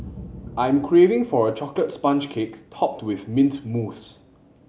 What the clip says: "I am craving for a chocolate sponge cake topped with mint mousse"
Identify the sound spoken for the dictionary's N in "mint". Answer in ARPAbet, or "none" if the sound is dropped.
N